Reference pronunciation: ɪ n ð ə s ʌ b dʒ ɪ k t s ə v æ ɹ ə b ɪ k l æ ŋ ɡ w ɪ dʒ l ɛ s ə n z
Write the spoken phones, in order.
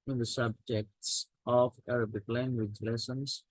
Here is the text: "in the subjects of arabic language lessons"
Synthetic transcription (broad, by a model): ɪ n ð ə s ʌ b dʒ ɪ k t s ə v æ ɹ ə b ɪ k l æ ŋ ɡ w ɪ dʒ l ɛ s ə n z